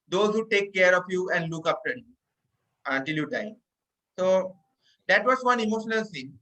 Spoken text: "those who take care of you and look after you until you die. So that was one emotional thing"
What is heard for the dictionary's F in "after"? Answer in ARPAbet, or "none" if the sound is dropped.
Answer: P